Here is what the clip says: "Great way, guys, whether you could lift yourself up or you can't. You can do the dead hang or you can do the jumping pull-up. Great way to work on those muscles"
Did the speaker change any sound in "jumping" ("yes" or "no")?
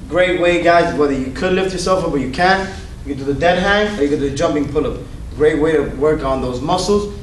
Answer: no